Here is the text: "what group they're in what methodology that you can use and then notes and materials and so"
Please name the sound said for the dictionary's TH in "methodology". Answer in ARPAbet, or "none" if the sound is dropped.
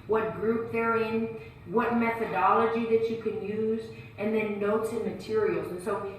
TH